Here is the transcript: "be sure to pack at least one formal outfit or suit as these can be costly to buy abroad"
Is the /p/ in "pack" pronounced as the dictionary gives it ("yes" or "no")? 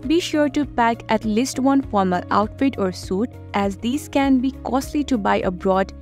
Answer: yes